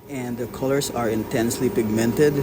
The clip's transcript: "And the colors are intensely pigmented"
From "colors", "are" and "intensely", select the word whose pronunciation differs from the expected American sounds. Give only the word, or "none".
colors